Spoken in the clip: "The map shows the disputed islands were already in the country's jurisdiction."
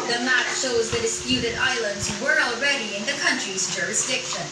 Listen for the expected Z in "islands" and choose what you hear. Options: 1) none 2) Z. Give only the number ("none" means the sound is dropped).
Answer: 2